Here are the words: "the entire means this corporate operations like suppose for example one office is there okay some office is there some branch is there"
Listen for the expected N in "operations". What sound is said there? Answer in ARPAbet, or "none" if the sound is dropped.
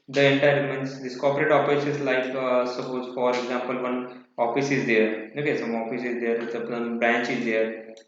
none